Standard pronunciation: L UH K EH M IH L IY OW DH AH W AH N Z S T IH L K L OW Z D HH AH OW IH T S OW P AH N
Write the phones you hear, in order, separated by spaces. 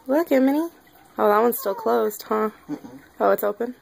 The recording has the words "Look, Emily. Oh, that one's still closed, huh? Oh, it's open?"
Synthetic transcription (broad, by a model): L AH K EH M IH N IY OW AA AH W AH N S T IH L K L OW Z D HH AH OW IH T S OW P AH N